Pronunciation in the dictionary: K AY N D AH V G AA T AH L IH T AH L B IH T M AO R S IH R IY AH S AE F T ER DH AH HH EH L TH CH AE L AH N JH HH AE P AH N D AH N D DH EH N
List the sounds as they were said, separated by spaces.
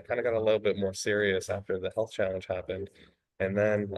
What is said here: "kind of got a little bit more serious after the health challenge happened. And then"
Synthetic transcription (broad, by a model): K AY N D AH G AA T AH L IH T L B IH T M AO R S IH R IY AH S AE F T ER DH AH HH EH L TH CH AE L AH N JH HH AE P AH N D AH N DH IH N